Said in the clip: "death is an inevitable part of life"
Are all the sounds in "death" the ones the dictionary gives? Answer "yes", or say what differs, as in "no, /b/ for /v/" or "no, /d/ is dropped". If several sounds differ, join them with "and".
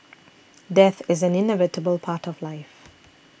yes